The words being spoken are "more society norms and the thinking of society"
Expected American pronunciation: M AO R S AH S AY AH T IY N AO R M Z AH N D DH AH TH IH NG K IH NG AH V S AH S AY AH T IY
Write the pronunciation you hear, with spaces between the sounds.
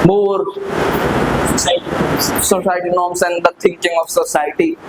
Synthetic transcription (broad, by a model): M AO R S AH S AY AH T IY N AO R M S AH N D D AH T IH NG K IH NG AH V S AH S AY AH T IY